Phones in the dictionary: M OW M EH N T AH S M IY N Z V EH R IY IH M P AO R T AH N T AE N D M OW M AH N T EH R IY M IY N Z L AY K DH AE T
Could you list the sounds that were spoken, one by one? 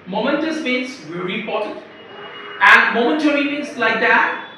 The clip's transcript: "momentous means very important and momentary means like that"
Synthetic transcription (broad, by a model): M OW M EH N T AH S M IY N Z V EH R IY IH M P AO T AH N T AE N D M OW M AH N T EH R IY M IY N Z L AY K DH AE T